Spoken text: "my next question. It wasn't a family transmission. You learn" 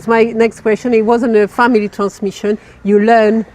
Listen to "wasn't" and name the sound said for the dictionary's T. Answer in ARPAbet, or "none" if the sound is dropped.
none